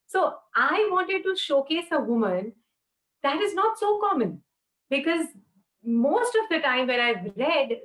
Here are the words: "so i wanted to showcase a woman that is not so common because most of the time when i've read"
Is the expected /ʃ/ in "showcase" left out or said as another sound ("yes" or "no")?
no